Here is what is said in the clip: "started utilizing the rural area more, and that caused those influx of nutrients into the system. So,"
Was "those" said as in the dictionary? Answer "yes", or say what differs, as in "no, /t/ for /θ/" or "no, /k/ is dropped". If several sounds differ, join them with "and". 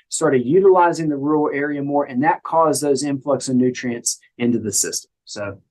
yes